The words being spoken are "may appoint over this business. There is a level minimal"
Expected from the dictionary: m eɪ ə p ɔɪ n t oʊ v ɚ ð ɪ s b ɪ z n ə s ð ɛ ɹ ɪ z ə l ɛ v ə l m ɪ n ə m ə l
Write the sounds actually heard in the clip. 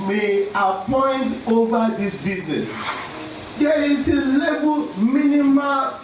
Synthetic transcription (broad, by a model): m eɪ ə p ɔɪ n t oʊ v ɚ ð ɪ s b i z n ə s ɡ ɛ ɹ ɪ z ə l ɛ b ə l m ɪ n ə m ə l